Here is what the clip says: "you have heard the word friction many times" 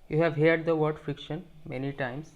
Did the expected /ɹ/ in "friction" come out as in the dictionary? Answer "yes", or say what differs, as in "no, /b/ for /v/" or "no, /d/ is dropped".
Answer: yes